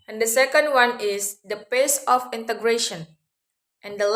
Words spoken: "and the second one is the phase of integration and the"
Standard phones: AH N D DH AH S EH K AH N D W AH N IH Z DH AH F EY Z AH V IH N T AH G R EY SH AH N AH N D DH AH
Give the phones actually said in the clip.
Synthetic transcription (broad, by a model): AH N D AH S EH K AH N D W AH N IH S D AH P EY S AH F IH N T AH G R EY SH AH N AH N D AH